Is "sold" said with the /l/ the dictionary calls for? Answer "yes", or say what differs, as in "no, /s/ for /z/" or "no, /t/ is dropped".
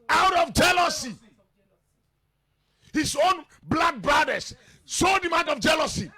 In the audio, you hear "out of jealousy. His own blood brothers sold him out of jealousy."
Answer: no, /l/ is dropped